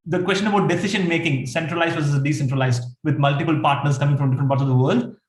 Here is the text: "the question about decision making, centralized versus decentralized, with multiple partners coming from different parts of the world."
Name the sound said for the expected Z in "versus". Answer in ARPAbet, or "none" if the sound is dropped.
none